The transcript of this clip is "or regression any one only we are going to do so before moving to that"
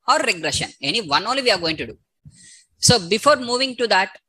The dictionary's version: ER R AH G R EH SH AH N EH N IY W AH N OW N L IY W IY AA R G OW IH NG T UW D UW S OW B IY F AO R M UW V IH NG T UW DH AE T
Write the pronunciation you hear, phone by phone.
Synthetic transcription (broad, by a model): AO R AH G R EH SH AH N EH N IY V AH N OW N L IY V IY AA R G OW IH NG T UW D UW S OW B IY F AO R M UW V IH NG T UW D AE T